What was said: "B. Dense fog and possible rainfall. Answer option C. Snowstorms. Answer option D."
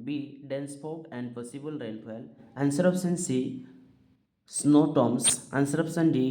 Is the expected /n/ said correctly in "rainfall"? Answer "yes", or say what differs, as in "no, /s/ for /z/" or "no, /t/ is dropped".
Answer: no, /l/ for /n/